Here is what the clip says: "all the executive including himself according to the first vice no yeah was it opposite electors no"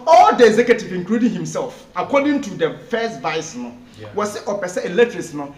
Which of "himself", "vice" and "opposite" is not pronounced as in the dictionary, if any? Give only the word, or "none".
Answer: opposite